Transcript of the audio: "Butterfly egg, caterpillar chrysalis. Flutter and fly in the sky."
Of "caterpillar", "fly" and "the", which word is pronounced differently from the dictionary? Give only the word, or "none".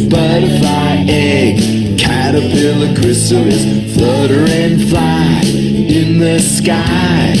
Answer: caterpillar